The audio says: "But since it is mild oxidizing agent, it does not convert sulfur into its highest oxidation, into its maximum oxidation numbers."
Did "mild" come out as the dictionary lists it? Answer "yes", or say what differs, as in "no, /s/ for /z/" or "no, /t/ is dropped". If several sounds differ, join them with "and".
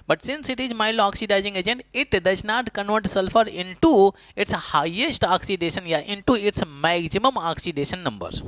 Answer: no, /d/ is dropped